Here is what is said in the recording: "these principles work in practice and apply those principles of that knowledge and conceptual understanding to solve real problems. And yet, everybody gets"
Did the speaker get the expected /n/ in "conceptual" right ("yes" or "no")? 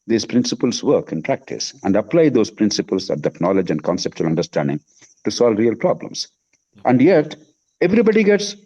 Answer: yes